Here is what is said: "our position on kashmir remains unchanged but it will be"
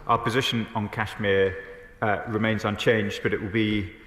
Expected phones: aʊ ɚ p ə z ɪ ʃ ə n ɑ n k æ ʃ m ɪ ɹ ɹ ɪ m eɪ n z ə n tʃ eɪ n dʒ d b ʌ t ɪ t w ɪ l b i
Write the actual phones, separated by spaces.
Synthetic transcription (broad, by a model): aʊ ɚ p ə z ɪ ʃ ə n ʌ n k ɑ ʃ m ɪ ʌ ɹ ɪ m eɪ n z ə n tʃ eɪ n dʒ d b ʌ t ɪ t w ɪ l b i